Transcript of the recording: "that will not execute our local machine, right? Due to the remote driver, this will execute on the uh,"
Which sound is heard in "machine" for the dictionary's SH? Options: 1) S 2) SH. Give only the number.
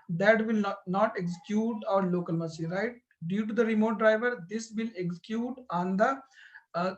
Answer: 1